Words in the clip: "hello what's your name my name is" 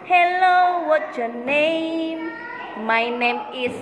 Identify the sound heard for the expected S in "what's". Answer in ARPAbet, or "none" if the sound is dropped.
none